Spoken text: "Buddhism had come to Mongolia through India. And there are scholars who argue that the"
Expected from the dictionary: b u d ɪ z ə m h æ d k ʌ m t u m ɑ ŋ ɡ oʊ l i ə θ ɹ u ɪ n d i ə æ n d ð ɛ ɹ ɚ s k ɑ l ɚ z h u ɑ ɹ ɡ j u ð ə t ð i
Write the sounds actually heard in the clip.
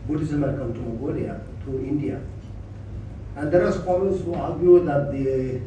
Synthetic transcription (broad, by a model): b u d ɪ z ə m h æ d k ʌ m t u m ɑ ɡ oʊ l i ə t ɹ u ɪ n d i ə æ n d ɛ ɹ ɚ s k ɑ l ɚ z h u ɑ ɹ ɡ j u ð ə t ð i